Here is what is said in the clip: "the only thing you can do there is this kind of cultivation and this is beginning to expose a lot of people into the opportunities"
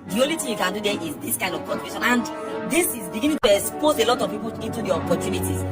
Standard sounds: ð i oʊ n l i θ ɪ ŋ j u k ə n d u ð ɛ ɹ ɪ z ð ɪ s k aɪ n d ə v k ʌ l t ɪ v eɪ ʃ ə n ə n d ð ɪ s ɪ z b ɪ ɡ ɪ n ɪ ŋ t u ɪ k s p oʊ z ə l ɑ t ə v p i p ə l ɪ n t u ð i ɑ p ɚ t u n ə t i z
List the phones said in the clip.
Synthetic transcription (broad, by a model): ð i oʊ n l i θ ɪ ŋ j u k ə n d u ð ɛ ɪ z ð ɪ s k aɪ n d ə v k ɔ n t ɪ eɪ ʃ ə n ə n d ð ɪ s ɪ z b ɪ ɡ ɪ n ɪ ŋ t u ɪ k s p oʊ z ə l ɑ t ə v p i p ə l ɪ n t u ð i ɑ p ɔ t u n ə t i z